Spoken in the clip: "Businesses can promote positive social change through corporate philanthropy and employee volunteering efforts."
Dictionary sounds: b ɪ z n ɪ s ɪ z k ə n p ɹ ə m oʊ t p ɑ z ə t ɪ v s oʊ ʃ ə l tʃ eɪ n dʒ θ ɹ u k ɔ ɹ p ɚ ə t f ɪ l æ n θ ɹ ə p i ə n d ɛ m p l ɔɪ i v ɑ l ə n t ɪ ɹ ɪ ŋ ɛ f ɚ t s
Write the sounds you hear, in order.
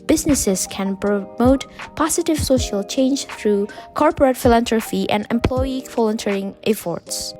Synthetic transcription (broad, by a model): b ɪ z n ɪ s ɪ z k ə n p ɹ ə m oʊ t p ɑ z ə t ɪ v s oʊ ʃ ə l tʃ eɪ n dʒ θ ɹ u k ɔ ɹ p ɚ ə t f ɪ l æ n t ɹ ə f i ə n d ɛ m p l ɔɪ i f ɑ l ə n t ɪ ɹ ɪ ŋ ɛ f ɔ t s